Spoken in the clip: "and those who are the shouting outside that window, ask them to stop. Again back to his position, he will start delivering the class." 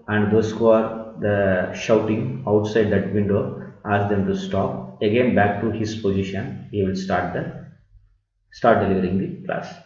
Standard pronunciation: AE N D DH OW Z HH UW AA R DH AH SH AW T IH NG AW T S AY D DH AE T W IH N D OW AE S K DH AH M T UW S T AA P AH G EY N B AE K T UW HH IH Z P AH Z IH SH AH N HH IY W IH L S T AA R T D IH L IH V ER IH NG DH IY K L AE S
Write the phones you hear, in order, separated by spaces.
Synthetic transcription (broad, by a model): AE N D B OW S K AA R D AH SH AW T IH NG AW T S AY D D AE T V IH N D OW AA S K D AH M T UW S T AA P AH G EY N B AE K T UW HH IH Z P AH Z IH SH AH N HH IY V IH L S T AA R T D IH L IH V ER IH NG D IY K L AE S